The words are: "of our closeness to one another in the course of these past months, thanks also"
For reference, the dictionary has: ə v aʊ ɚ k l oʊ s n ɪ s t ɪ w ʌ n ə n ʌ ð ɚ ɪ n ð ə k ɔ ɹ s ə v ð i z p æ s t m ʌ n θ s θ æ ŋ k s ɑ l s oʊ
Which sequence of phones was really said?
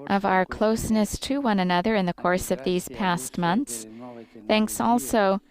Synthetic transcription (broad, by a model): ə v aʊ ɚ k l oʊ s n ɪ s t ɪ w ʌ n ə n ʌ ð ɚ ɪ n ð ə k ɔ ɹ s ə v ð i z p æ s t m ʌ n θ s θ æ ŋ k s ɑ l s oʊ